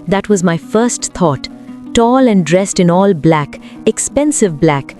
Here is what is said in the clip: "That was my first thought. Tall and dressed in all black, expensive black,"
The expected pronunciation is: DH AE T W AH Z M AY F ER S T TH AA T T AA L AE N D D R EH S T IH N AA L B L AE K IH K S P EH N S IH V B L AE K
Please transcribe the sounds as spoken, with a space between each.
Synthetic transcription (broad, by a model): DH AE T W AH Z M AY F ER S T T AA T T AA L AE N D D R EH S T IH N AA L B L AE K IH K S P EH N S IH V B L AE K